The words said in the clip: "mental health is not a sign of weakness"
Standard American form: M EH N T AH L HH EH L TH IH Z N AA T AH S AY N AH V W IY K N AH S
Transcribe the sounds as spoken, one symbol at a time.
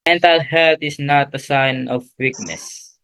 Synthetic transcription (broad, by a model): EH N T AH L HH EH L T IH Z N AA T AH S AY N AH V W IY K N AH S